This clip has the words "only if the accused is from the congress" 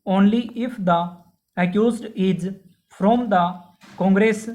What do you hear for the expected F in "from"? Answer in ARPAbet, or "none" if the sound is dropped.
P